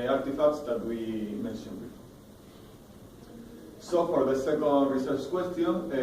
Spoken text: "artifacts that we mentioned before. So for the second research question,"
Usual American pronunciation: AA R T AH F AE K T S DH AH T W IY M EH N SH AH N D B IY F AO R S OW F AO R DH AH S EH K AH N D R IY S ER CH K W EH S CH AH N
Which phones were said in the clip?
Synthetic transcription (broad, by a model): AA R T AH F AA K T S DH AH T W IY M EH N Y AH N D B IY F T S OW F AO R DH AH S EH K AH N D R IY S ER S K W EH S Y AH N